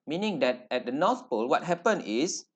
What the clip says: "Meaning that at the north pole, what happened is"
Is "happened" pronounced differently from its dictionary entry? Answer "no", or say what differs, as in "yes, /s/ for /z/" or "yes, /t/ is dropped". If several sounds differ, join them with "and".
yes, /d/ is dropped